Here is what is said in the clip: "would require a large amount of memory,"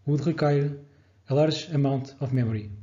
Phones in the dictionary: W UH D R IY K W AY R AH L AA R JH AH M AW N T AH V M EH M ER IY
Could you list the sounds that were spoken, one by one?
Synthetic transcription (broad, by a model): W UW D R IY K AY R AH L AA R ZH AH M AW N T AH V M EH M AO IY